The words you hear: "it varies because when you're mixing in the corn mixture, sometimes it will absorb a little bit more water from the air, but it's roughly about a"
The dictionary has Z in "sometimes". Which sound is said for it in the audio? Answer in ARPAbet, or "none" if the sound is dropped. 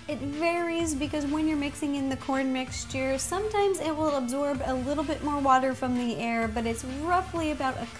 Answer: Z